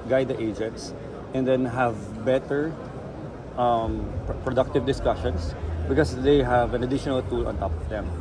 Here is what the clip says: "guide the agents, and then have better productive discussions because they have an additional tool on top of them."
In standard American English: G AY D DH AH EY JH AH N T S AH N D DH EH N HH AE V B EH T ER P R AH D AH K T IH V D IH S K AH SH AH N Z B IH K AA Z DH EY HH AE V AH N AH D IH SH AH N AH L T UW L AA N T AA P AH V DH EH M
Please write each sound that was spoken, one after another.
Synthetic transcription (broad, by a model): G AY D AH EY JH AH N T S AH N D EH N HH AE V B EH T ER P R AH D AH K T IH V D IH S K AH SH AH N S B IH K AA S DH EY HH AE V AH N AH D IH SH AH N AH L T UW L AA N T AA P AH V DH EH M